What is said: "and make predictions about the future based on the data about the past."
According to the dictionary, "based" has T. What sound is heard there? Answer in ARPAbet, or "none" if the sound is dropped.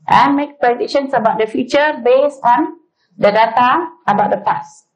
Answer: none